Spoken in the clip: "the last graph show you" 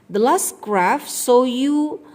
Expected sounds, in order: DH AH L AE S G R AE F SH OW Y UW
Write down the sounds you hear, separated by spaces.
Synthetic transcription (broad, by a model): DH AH L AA S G R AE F S OW Y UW